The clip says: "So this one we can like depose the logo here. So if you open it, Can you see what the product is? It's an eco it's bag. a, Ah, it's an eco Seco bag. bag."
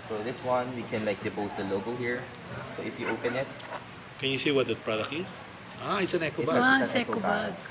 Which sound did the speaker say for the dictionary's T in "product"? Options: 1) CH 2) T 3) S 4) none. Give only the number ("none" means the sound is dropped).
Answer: 4